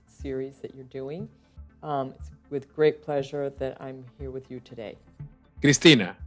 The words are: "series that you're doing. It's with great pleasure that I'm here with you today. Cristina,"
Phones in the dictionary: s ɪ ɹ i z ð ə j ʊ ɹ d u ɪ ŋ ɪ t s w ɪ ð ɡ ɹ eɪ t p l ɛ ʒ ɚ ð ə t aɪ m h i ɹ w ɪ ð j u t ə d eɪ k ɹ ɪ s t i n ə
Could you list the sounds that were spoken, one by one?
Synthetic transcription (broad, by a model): s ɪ ɹ i z ð ə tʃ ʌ ɹ d u ɪ ŋ ɪ t s w ɪ ð ɡ ɹ eɪ t p l ɛ ʒ ɚ ð ə t aɪ m h i ɹ w ɪ ð j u t ə d eɪ k ɹ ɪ s t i n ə